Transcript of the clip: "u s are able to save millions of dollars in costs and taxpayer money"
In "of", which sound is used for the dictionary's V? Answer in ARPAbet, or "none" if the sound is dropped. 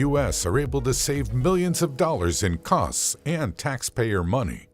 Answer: V